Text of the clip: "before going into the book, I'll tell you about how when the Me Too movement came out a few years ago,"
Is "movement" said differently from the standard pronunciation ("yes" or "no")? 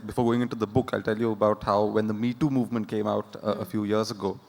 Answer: no